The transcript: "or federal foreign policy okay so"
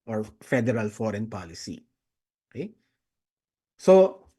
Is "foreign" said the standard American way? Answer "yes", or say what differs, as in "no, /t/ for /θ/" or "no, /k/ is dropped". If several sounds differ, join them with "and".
yes